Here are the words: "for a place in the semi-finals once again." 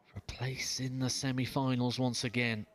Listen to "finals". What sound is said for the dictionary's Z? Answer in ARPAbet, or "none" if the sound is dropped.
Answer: Z